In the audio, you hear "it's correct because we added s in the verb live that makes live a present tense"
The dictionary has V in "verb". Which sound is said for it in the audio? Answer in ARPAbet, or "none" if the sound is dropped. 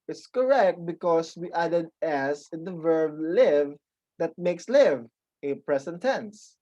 V